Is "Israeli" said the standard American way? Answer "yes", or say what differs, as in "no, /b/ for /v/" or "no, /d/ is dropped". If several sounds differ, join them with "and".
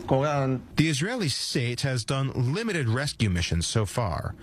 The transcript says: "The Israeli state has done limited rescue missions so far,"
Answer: yes